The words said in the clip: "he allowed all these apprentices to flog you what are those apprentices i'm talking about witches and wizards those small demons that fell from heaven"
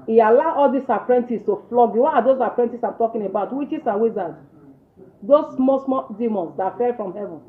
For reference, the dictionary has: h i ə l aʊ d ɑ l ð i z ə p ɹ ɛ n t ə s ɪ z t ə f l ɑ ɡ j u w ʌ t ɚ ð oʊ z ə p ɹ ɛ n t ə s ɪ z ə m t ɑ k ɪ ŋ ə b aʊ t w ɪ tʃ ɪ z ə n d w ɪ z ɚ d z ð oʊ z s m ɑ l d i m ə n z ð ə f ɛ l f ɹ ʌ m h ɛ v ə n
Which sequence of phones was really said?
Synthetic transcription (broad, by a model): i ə l aʊ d ɑ l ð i s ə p ɹ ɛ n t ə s t ə f l ɑ ɡ j u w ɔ t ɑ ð oʊ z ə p ɹ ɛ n t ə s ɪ ə m t ɑ k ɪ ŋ ə b aʊ t w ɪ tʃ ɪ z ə w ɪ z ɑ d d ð oʊ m s m ɑ d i m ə n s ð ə f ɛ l f ɹ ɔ m h ɛ v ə n